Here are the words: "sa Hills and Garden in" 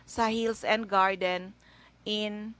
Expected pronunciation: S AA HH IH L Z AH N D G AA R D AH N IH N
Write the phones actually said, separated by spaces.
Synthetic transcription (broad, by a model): S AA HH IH L S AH N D G AA R D AH N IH N